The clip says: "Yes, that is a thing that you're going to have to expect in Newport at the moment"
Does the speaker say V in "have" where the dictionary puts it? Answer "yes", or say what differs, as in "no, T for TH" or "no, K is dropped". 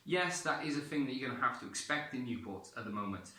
no, F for V